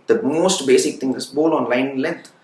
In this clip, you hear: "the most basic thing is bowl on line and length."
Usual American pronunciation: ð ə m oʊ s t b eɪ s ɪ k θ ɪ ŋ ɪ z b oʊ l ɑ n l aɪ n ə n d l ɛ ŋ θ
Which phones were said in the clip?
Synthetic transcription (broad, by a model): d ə m oʊ s t b eɪ s ɪ k t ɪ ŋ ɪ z b oʊ l ɑ n l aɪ ə n l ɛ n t